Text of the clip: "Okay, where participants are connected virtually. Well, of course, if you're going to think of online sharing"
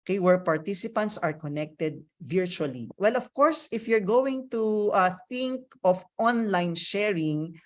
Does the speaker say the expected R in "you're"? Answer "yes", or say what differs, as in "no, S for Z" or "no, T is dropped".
yes